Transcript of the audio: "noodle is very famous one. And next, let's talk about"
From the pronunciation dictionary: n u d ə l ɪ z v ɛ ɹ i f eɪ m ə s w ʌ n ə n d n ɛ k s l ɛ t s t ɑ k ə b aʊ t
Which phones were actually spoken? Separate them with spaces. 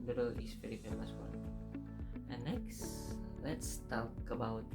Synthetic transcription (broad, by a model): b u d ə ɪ s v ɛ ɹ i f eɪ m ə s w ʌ ə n n ɛ k s l ɛ t s t ɑ k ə b aʊ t